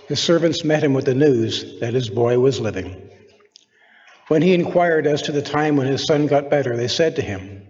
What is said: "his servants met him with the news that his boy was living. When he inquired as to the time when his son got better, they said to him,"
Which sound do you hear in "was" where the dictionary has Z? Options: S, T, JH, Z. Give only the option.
Z